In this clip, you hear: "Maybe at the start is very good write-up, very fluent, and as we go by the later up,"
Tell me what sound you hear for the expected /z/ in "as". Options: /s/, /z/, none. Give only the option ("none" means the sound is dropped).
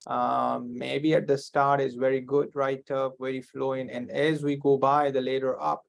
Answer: /z/